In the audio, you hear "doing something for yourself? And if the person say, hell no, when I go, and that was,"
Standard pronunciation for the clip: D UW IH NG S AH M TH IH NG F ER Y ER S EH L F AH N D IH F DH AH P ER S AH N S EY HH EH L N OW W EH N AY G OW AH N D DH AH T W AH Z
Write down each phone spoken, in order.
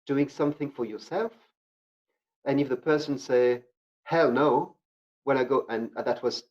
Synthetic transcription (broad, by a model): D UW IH NG S AH M TH IH NG F ER Y ER S EH L F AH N IH F DH AH P ER S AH N S EY HH EH L N OW W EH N AY G OW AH N DH AH T W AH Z